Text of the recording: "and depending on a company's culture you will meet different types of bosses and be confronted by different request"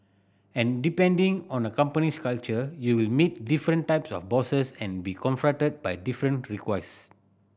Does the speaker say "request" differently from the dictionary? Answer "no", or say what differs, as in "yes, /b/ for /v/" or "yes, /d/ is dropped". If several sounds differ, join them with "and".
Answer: yes, /t/ is dropped